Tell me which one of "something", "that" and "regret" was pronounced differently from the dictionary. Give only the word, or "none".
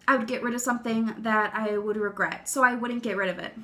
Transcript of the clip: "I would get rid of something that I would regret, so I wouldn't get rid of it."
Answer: none